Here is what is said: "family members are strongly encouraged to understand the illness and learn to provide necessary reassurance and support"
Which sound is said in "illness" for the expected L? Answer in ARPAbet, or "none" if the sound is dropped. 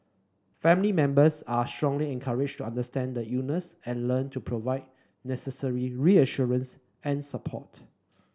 none